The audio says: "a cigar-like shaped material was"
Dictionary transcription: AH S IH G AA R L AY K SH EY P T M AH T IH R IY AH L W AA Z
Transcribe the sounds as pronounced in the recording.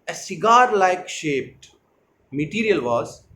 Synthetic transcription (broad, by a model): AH S IH G AA R L AY K SH EY P T M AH T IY R IY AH L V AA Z